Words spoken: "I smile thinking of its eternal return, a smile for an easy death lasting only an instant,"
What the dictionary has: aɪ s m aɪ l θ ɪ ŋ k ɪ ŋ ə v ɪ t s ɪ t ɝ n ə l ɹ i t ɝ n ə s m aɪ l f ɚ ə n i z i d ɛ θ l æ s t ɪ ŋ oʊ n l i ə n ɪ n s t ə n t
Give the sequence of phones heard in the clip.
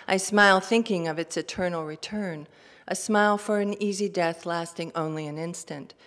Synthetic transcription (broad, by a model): aɪ s m aɪ l θ ɪ ŋ k ɪ ŋ ə v ɪ t s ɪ t ɝ n l ɹ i t ɝ n ə s m aɪ l f ɚ ə n i z i d ɛ θ l æ s t ɪ ŋ oʊ n l i ə n ɪ n s t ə n t